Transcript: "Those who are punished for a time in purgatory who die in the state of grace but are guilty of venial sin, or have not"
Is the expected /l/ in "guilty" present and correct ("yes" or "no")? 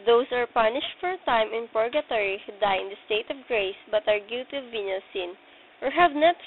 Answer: no